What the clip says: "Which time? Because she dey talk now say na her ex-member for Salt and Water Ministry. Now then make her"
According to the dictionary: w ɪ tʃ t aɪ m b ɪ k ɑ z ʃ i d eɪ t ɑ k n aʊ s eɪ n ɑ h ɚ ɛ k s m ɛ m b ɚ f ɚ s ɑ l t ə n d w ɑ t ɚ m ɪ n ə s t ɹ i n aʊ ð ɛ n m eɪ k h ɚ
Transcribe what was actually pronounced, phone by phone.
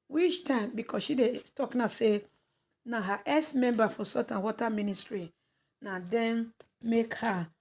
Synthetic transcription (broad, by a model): w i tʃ t aɪ m b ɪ k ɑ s ʃ i d eɪ t ɑ k n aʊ s eɪ n ɑ h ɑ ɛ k s m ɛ m b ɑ f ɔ s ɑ t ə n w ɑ t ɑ m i n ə s t ɹ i n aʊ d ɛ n m eɪ k h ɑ